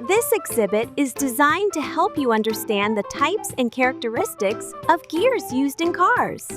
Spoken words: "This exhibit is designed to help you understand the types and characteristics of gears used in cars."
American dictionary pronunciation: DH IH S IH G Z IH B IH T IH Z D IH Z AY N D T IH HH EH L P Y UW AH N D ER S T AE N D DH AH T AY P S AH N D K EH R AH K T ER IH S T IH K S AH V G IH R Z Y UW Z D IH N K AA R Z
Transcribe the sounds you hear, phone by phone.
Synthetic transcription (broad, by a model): DH IH S IH G Z IH B IH T IH Z D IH Z AY N T IH HH EH L P Y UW AH N D ER S T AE N DH AH T AY P S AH N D K EH R AH K T ER IH S T IH K S AH V G IH R Z Y UW Z D IH N K AA R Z